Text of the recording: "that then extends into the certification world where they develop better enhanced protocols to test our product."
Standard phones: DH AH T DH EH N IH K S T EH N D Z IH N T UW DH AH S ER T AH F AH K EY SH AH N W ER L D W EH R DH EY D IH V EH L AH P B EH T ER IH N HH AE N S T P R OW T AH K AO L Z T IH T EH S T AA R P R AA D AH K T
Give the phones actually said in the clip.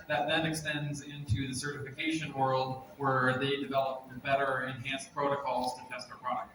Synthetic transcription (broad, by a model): DH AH T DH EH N IH K S T EH N D Z IH N T UW DH AH S ER T AH F AH K EY SH AH N W ER L D W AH R DH EY D IH V EH L AH P B EH T ER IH N HH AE N S P R OW T AH K AO L Z T IH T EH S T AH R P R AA D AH K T